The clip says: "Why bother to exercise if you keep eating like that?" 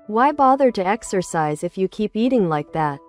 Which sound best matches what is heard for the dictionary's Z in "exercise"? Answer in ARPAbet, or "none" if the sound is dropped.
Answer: Z